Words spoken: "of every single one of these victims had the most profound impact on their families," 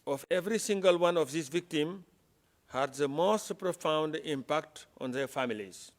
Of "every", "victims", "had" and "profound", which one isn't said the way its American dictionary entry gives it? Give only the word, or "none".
victims